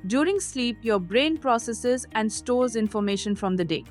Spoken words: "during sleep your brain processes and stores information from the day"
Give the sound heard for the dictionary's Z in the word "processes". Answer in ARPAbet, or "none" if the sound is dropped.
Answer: Z